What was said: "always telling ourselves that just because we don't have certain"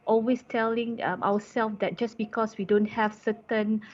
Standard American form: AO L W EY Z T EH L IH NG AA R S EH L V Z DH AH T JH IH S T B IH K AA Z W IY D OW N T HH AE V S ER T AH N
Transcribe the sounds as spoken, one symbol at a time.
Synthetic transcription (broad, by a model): AO L W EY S T EH L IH NG AA W S EH L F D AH T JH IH S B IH K AA S W IY D OW N T HH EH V S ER T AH N